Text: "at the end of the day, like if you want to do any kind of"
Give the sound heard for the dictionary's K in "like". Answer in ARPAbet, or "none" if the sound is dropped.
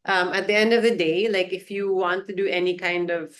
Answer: K